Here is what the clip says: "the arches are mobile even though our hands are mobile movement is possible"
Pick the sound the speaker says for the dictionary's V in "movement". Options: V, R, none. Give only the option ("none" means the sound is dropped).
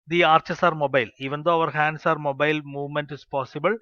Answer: V